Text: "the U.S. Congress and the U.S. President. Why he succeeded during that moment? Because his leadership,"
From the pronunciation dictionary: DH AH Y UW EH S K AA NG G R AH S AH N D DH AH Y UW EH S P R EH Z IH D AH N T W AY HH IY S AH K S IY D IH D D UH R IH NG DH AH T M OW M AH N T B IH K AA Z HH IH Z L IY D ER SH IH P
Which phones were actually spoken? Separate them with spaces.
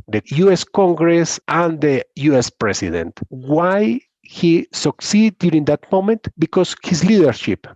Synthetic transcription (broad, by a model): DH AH Y UW EH S K AA NG G R AH S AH N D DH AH Y UW EH S P R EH S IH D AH N T W AY HH IY S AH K S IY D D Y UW R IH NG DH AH T M OW M AH N T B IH K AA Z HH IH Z L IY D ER SH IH P